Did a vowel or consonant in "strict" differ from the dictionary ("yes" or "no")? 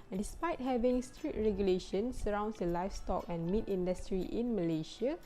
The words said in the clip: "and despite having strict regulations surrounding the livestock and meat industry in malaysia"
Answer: yes